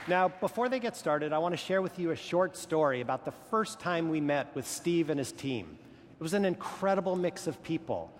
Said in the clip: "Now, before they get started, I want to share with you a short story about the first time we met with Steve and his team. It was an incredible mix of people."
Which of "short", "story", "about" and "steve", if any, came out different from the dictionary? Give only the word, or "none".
none